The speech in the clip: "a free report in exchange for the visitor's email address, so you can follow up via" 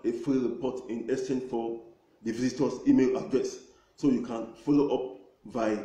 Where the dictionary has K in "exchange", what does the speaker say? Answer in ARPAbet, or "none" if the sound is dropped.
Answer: none